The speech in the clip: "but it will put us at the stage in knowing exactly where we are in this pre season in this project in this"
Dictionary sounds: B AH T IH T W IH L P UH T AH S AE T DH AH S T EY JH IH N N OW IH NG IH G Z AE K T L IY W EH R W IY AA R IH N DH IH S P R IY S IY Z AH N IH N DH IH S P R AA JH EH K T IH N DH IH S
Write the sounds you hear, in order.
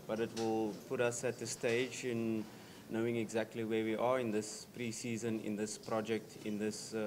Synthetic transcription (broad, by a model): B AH T IH T W IH L P UH T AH S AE T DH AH S T EY JH IH N N OW IH NG IH G Z AE K T L IY W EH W IY AA R IH N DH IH S P R IY S IY Z AH N IH N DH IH S P R AA JH EH K T IH N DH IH S